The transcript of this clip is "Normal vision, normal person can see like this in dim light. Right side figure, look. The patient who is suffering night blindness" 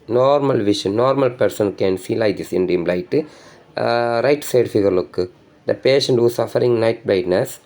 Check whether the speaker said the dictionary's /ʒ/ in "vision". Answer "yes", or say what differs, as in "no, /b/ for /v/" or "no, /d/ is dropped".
no, /ʃ/ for /ʒ/